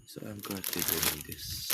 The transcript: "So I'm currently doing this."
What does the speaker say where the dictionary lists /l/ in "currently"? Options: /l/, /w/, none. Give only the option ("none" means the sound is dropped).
none